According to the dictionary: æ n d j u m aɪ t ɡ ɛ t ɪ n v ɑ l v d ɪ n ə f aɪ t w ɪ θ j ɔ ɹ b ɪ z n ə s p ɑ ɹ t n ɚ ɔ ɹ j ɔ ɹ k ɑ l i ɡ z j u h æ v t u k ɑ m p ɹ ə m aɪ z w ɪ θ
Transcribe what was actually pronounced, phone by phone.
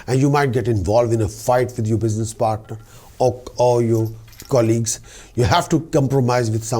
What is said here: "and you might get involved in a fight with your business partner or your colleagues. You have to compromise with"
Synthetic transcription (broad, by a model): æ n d j u m aɪ t ɡ ɛ t ɪ n v ɑ l v d ɪ n ə f aɪ t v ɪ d j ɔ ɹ b ɪ z n ə s p ɑ ɹ t n ɚ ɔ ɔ j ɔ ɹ k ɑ l i ɡ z j u h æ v t u k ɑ m p ɹ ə m aɪ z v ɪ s